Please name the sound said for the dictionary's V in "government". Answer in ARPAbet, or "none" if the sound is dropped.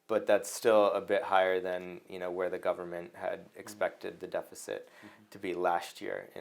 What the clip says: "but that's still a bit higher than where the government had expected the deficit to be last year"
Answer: V